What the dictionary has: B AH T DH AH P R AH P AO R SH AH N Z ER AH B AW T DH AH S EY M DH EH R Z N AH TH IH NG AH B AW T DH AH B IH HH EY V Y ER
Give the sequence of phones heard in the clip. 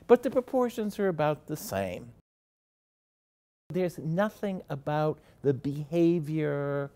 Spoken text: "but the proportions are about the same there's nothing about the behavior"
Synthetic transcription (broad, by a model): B AH T DH AH P R AH P AO R SH AH N Z ER AH B AW T DH AH S EY M DH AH R Z N AH TH IH NG AH B AW T DH AH B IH HH EY V Y ER